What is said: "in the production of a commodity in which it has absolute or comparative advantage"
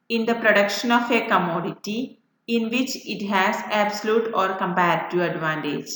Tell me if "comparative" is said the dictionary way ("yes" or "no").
no